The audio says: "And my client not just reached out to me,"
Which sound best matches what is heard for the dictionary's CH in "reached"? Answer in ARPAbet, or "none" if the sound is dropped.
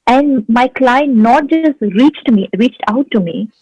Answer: CH